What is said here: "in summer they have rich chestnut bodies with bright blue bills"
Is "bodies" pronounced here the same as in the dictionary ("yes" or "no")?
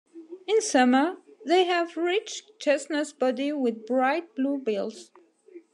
no